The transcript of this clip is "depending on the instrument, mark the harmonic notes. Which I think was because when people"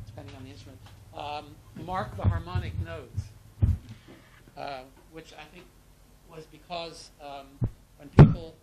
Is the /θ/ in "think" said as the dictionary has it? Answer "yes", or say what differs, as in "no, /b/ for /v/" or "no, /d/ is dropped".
yes